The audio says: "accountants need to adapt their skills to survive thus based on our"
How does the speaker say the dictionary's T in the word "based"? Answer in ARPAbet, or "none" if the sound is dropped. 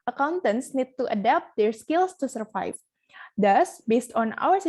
T